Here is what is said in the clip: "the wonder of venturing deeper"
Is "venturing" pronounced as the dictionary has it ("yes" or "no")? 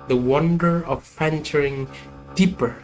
no